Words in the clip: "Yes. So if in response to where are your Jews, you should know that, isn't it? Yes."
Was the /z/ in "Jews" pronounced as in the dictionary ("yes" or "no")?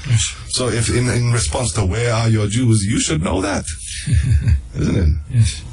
yes